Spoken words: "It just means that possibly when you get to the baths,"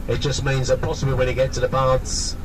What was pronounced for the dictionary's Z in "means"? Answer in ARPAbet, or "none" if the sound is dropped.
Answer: Z